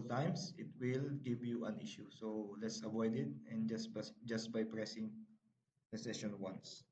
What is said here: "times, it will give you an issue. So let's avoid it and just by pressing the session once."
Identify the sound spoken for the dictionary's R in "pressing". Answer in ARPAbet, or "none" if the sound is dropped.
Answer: R